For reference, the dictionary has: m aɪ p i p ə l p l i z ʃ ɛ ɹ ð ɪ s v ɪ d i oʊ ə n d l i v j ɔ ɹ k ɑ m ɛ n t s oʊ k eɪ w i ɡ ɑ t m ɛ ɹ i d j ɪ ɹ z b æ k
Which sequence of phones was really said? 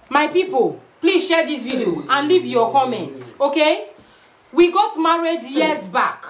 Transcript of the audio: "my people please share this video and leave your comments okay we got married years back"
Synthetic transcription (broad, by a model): m aɪ p i p ə l p l i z ʃ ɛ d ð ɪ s v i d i oʊ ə n l i v j ɔ k ɑ m ɛ n t s oʊ k eɪ w i ɡ ɑ t m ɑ ɹ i d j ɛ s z b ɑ k